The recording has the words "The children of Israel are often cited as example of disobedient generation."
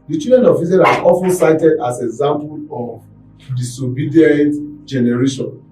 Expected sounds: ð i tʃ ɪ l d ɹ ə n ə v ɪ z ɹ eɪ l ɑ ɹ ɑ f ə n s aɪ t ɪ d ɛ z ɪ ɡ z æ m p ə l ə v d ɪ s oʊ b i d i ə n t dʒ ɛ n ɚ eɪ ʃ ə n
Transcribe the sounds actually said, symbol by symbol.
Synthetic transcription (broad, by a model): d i tʃ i d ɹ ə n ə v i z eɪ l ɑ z ɑ f ə n s aɪ t ɪ d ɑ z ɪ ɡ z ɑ m p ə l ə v d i s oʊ b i d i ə n t dʒ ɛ n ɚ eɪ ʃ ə n